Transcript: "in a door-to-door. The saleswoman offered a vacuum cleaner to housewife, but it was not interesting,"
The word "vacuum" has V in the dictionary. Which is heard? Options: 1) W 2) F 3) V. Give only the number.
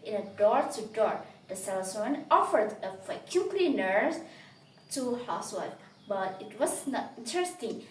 2